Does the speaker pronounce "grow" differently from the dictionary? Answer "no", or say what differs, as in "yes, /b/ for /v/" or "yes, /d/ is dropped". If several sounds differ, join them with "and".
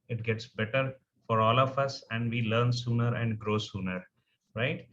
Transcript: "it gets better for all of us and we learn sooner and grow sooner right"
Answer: no